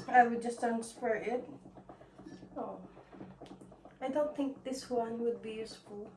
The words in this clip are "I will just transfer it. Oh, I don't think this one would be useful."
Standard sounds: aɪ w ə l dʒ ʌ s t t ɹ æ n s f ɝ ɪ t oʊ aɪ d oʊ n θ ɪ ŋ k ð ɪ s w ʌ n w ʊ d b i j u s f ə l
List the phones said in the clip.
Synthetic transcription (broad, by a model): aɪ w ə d dʒ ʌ s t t æ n s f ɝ ɪ t oʊ aɪ d oʊ n θ ɪ ŋ k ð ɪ s w ʌ n w ʊ d b i j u s f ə l